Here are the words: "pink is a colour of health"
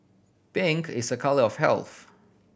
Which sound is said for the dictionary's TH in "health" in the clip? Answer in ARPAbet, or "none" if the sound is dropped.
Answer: TH